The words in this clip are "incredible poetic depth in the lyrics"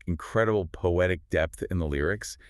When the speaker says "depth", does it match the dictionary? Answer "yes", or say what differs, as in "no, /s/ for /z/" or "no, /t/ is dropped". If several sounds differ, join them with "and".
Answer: yes